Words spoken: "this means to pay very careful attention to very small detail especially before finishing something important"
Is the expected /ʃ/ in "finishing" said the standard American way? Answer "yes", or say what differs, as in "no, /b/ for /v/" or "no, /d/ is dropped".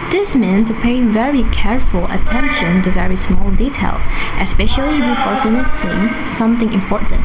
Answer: no, /s/ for /ʃ/